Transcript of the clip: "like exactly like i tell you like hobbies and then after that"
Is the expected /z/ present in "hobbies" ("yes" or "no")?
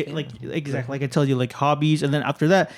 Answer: yes